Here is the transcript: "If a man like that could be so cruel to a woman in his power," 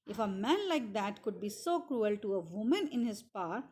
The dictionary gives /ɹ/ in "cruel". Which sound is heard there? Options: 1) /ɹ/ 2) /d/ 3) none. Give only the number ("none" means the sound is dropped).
1